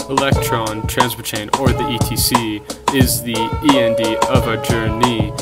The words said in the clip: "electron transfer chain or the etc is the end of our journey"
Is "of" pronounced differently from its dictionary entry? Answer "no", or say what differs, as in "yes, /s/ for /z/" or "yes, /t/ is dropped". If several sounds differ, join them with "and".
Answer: no